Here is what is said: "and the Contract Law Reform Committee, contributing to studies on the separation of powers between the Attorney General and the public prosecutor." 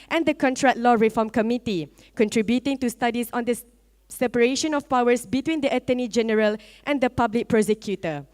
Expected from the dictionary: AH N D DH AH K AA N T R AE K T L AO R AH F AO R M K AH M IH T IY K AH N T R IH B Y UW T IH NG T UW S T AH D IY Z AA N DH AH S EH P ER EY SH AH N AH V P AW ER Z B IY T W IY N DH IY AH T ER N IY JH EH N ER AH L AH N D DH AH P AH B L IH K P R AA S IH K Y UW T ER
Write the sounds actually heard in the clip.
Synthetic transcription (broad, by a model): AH N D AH K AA N T R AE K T L AO R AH F AO M K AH M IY T IY K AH N T R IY B Y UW T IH NG T UW S T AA D IY S AA N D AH S EH P ER EY SH AH N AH F P AW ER S B IY T W IY N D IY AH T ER N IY JH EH N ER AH L AH N D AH P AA B L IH K P R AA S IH K Y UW T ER